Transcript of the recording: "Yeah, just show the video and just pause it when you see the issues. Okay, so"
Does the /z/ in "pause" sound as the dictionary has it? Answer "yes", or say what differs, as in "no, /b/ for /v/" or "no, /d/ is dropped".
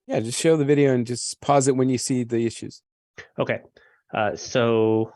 yes